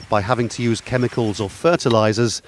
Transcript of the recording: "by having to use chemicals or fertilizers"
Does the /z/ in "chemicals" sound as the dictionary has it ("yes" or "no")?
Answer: yes